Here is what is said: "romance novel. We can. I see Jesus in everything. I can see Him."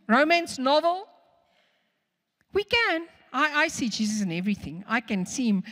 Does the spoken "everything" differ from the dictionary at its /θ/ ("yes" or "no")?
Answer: no